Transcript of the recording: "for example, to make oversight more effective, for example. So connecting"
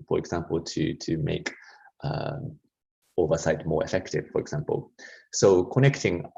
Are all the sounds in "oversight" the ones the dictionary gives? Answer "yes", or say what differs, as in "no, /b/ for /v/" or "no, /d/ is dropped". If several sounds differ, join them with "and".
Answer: yes